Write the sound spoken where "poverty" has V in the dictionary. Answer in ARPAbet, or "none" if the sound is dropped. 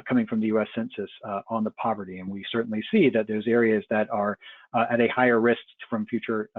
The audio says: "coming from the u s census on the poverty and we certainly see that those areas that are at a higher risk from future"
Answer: V